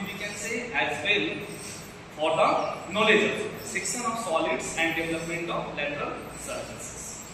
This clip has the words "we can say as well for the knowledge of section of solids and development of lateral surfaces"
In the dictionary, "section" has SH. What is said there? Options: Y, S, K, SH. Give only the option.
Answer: S